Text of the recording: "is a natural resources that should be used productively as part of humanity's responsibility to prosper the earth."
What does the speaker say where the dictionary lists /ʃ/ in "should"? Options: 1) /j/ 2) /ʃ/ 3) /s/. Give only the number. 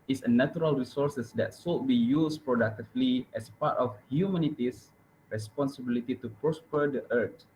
3